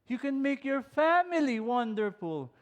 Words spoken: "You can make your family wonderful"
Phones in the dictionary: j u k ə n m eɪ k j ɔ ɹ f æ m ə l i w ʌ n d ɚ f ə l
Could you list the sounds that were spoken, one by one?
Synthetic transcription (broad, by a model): j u k ə n m eɪ k j ɔ ɹ f æ m ə l i w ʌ n d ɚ f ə l